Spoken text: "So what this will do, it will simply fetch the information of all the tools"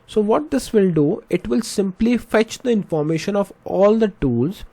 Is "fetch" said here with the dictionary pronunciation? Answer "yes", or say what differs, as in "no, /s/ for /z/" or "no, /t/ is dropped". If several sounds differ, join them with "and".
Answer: yes